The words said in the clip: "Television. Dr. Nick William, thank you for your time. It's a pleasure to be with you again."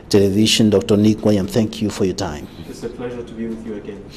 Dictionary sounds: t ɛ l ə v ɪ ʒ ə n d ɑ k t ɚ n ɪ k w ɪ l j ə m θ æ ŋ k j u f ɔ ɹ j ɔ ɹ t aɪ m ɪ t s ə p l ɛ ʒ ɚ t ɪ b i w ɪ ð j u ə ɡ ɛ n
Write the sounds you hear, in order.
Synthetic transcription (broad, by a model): t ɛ l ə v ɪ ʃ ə n d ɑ k t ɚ n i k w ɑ j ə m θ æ ŋ k j u f ɔ ɹ j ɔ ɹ t aɪ m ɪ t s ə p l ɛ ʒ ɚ t ɪ b i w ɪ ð j u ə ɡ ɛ n